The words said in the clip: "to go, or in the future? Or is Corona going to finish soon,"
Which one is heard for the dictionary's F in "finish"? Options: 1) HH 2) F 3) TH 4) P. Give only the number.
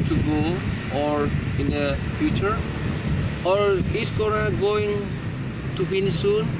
4